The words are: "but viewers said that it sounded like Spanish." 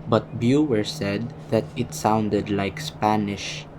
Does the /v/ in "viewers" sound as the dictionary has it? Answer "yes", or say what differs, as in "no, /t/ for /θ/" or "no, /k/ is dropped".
no, /b/ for /v/